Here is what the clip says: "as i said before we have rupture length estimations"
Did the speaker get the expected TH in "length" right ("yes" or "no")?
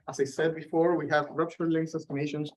no